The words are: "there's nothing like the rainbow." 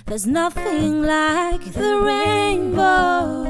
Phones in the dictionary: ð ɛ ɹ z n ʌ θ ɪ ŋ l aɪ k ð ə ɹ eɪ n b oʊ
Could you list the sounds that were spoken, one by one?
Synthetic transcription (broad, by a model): ð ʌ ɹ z n ʌ θ ɪ ŋ l aɪ k ð ə ɹ eɪ n b oʊ